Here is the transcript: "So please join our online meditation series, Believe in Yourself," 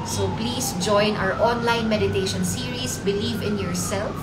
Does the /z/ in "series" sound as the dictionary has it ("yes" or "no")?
no